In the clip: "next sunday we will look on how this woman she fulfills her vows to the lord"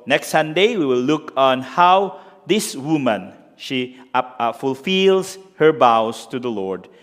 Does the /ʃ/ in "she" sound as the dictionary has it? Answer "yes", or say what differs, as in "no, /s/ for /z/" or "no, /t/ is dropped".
yes